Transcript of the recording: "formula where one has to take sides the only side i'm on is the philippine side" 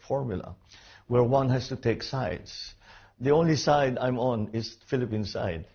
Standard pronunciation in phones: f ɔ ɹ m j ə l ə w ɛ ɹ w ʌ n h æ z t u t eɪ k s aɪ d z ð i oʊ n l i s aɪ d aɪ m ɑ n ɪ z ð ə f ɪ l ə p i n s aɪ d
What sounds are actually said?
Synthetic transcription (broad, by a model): f ɔ ɹ m j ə l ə w ɛ ɹ w ʌ n h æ s t u t eɪ k s aɪ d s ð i oʊ n l i s aɪ d aɪ m ɑ n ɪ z f ɪ l ə p i n s aɪ d